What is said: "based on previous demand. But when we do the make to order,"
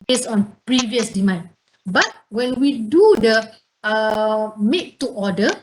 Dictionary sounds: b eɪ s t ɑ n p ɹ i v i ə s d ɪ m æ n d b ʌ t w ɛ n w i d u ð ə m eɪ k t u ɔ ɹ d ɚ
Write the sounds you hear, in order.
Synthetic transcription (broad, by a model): b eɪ s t ɑ n p ɹ i v i ə s d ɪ m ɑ n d b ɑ t w ɛ n w i d u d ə m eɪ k t u ɔ d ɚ